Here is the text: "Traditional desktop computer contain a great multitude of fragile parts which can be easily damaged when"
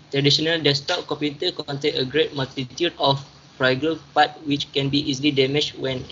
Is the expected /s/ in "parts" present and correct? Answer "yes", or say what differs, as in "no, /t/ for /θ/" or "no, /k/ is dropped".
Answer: no, /s/ is dropped